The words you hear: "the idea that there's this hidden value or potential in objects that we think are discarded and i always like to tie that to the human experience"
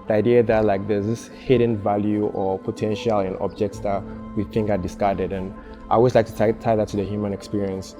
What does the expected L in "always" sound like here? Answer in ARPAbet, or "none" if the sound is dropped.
none